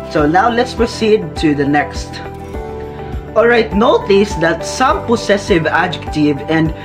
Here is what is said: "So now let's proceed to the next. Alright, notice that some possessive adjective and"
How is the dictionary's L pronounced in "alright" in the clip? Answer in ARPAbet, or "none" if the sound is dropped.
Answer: L